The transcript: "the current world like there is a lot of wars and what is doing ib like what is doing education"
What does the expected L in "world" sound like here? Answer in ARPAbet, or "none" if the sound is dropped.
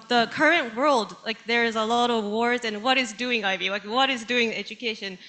L